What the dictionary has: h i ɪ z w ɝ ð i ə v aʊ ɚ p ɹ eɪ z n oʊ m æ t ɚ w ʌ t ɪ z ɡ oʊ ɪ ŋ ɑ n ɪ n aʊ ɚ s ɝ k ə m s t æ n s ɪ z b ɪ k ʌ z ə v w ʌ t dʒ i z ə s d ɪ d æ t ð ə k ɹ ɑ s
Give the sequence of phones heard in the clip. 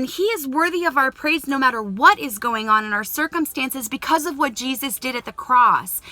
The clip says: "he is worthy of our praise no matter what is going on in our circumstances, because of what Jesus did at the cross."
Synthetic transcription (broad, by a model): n i ɪ z w ɝ ð i ə v aʊ ɚ p ɹ eɪ z n oʊ m æ t ɚ w ʌ t ɪ z ɡ oʊ ɪ ŋ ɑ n ɪ n aʊ ɚ s ɝ k ə m s t æ n s ɪ z b ɪ k ʌ z ə v w ʌ t dʒ i z ə s d ɪ d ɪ t ð ə k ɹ ɑ s